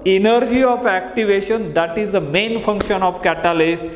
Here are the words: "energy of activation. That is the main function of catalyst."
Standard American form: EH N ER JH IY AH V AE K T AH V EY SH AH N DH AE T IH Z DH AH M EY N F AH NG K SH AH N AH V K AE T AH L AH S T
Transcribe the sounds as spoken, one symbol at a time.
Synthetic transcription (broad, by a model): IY N ER JH IY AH F AE K T AH V EY SH AH N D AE T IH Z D AH M EY N F AH NG K SH AH N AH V K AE T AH L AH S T